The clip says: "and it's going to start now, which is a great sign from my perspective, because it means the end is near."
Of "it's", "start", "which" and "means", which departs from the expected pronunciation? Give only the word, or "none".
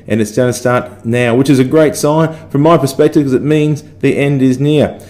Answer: none